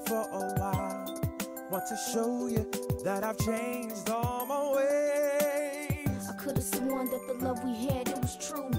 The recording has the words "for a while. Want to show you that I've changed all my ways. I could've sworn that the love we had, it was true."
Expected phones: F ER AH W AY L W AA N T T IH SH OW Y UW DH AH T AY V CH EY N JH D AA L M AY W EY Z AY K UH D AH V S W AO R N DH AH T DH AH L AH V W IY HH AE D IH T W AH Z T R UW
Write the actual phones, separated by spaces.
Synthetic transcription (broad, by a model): F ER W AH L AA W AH T IH SH OW Y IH DH AH T AY V CH EY N JH D AA L M AY W EY AY K UH D AH V S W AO N DH AH T DH AH L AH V W IY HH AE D IH T W AH Z T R UW